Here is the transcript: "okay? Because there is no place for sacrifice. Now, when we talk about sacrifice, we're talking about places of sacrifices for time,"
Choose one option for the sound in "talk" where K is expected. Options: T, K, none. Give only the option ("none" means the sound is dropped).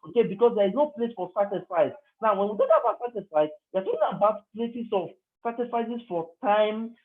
none